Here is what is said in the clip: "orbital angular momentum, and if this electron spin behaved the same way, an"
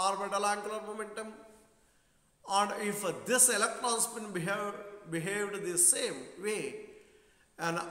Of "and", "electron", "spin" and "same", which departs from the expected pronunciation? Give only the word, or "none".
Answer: spin